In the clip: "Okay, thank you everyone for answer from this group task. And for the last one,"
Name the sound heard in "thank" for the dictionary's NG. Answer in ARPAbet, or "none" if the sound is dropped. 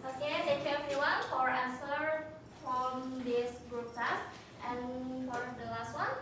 none